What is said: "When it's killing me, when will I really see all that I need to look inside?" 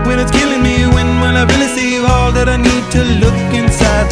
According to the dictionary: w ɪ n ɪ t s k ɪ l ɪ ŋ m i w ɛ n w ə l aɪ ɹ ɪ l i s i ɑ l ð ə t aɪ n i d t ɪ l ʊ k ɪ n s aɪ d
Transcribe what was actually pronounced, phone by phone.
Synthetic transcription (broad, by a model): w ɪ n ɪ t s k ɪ l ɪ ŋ m i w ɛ n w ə n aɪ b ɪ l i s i ɑ l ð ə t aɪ n i d t ɪ l ʊ k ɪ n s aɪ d